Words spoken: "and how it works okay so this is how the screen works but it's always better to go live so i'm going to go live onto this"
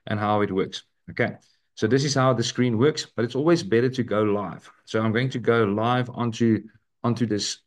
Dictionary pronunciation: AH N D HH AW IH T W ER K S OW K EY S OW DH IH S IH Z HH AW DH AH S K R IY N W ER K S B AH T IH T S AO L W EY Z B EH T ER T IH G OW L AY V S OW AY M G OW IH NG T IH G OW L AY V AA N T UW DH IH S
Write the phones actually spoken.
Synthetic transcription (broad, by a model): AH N HH AW IH T W ER K S OW K EY S OW DH IH S IH Z HH AW DH AH S K R IY N W ER K S B AH T IH T S AO L W EY Z B EH T ER T IH G OW L AY V S OW AY M G OW IH NG T IH G OW L AY V AA N T UW DH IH S